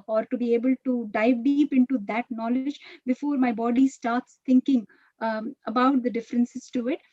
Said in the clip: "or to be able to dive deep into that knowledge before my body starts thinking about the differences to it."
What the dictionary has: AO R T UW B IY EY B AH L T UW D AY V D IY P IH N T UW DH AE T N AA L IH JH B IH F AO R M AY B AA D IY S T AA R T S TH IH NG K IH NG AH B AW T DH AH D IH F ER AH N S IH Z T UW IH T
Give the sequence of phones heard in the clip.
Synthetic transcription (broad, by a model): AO R T UW B IY EY B AH L T UW D AY V D IY P IH N T UW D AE T N AA L IH JH B IH F AO R M AY B AA D IY S T AA R T S T IH NG K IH NG AH B AW T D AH D IH F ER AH N S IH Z T UW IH T